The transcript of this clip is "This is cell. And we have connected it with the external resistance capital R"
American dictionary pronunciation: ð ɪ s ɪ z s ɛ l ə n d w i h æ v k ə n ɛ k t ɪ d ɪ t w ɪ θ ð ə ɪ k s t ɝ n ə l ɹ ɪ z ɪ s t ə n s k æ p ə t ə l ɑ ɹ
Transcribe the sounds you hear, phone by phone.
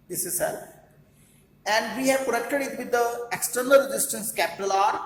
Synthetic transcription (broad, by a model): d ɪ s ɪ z s ɛ l ə n d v i h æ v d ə ɛ k t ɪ d ɪ t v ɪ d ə ɪ k s t ɝ n ə l ɹ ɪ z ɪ s t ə n s k æ p ə t ə l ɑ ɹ